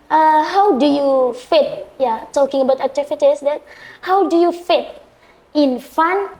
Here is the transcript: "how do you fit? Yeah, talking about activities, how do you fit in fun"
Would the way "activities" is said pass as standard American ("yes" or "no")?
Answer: no